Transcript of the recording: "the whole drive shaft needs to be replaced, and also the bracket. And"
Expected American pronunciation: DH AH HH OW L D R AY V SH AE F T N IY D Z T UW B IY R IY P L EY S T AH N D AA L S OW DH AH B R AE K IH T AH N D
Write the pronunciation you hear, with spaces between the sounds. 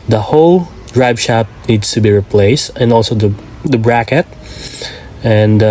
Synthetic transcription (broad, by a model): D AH HH OW L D R AY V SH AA T N IY D S T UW B IY R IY P L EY S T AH N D AA L S OW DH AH B R AE K IH T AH N D